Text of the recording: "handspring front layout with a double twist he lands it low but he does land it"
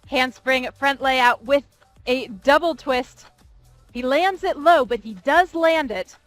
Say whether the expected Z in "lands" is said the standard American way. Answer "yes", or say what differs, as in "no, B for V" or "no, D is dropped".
yes